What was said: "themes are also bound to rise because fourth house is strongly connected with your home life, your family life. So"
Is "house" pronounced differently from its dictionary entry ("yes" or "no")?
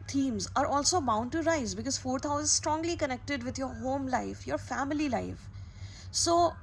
yes